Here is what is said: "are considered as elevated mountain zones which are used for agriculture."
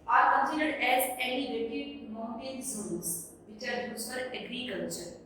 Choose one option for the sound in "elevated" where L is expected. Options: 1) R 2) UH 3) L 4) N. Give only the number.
4